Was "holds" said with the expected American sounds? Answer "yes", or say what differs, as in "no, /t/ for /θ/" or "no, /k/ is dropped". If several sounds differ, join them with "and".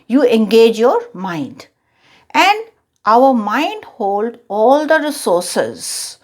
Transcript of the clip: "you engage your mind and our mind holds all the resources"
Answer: no, /z/ is dropped